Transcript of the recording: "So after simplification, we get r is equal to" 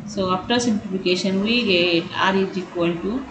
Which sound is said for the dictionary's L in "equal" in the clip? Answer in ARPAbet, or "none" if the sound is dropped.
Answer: N